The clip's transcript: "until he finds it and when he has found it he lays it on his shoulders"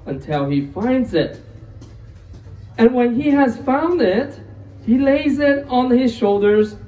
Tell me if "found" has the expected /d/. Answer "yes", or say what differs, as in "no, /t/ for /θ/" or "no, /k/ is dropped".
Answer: yes